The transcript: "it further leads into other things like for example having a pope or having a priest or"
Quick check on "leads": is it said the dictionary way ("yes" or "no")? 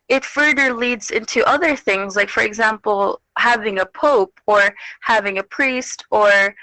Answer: yes